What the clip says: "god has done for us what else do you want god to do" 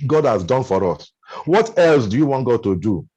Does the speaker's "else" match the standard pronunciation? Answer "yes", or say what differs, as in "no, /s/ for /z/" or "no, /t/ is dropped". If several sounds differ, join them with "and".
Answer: yes